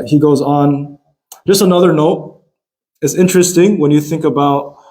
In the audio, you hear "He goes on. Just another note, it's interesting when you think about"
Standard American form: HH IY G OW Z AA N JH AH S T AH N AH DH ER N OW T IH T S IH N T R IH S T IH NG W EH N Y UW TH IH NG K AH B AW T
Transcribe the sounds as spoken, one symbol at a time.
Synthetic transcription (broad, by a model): HH IY G OW Z N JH AH S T AH N AH DH ER N OW T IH T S IH N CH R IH S T IH NG W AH N Y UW TH IH NG K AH B AW T